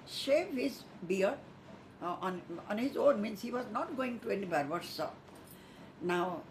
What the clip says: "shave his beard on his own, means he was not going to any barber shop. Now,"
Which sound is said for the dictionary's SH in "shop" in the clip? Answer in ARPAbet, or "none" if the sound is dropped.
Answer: S